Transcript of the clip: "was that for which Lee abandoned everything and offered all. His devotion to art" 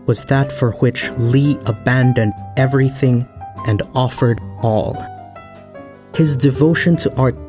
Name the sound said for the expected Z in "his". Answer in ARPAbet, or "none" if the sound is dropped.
Z